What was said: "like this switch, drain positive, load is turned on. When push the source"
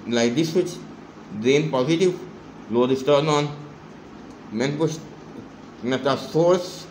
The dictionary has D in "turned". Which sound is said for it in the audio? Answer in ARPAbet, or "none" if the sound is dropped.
none